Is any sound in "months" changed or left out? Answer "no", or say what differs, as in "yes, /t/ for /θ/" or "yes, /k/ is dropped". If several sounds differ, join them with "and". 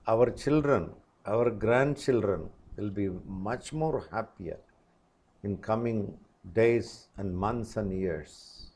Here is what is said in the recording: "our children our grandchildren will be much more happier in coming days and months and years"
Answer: yes, /t/ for /θ/